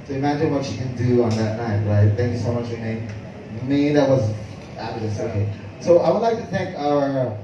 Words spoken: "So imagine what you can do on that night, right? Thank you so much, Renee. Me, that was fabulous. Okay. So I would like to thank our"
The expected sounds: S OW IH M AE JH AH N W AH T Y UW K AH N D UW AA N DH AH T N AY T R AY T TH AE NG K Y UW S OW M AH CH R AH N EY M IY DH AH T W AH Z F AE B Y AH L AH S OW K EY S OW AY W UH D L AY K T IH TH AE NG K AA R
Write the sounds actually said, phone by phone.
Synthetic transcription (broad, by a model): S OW IH M AE JH AH N W AH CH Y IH K AH N D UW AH N DH AH T N AY T R AY T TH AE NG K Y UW S OW M AH CH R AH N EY M IY DH AH T W AH Z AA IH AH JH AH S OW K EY S OW AY W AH D L AY K T IH TH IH NG K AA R